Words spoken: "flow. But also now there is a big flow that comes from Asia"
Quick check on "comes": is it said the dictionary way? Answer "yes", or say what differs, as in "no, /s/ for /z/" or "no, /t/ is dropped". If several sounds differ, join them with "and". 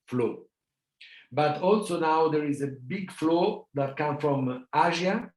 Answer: no, /z/ is dropped